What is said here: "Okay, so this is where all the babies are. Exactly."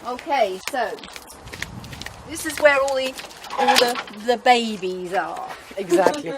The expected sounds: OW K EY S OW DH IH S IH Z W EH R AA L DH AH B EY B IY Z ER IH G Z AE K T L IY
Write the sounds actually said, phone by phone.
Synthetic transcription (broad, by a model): OW K EY S OW DH IH S IH Z W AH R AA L DH AH B EY B IY Z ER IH G Z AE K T L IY